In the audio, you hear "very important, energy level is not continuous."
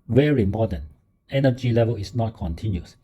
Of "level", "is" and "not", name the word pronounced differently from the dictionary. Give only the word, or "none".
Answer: is